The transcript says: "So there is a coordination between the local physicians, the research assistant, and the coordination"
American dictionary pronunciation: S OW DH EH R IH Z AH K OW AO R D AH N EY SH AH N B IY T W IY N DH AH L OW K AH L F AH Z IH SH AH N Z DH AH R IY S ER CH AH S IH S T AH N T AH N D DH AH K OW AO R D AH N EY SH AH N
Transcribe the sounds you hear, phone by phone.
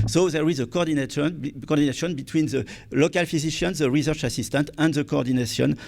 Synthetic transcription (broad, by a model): S OW DH EH R IH Z AH K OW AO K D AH N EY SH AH N B IY T W IY N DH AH L OW K AH L F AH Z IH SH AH N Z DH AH R IY S ER CH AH S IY S T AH N T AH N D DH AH K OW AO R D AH N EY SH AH N